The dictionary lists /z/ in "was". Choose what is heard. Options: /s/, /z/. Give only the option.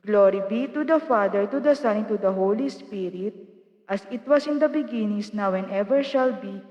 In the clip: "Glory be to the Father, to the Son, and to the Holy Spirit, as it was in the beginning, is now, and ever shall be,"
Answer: /s/